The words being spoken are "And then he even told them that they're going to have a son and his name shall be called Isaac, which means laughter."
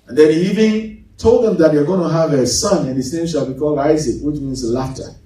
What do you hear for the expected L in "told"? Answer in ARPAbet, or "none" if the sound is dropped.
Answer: L